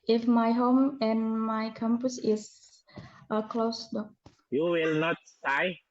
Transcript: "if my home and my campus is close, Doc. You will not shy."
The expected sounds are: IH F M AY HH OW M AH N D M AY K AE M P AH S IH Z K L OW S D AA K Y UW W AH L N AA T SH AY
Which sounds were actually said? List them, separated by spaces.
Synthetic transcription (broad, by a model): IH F M AY HH OW M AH N M AY K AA M P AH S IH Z K L OW S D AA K Y UW W AH L N AA T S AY